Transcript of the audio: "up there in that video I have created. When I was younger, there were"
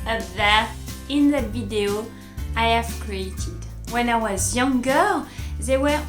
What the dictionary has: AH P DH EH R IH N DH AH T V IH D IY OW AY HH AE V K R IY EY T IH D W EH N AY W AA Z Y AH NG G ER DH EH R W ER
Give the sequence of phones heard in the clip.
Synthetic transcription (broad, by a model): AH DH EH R IH N DH AH T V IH D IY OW AY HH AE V K R IY EY T IH D W EH N AY W AA Z Y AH NG G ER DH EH W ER